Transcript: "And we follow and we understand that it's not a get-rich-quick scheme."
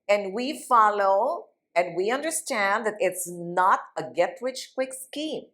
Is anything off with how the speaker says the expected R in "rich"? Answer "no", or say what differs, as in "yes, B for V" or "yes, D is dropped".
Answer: yes, W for R